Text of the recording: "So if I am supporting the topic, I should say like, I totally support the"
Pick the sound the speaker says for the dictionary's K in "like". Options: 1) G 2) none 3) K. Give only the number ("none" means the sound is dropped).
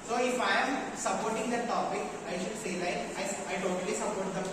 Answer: 2